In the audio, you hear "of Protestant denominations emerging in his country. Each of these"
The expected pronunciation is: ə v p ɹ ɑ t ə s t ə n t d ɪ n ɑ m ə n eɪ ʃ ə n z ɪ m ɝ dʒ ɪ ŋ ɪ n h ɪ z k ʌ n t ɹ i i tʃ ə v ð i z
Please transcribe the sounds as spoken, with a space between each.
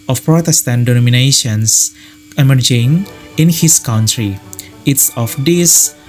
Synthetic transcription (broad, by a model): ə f p ɹ ɑ t ə s t ə n t d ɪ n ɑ m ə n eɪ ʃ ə n s ɪ m ɝ dʒ ɪ ŋ ɪ n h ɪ s k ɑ n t ɹ i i s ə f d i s